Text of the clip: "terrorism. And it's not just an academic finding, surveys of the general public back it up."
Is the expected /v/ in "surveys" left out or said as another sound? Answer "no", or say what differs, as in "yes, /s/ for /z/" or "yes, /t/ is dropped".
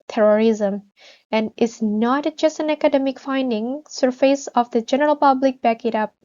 yes, /f/ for /v/